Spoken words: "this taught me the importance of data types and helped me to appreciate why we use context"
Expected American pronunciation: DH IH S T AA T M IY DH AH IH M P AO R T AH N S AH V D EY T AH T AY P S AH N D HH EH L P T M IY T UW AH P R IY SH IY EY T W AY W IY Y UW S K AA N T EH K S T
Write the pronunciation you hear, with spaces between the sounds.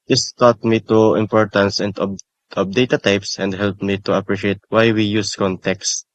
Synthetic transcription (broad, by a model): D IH S T AA T M IY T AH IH M P AO R T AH N S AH P D EY T AH T AY P S AH N D HH EH L P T M IY T UW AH P R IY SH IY EY T W AY W IY Y UW S K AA N T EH K S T